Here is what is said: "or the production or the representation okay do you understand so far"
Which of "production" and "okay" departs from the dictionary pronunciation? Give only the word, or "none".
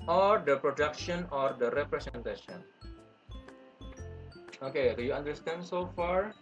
none